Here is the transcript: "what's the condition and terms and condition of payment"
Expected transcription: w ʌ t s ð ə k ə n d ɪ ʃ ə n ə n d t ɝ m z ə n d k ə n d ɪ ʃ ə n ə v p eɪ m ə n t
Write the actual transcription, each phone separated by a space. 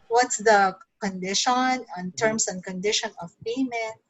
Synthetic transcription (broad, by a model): w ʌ t s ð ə k ə n d ɪ ʃ ə n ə n t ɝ m s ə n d k ə n d ɪ ʃ ə n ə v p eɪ m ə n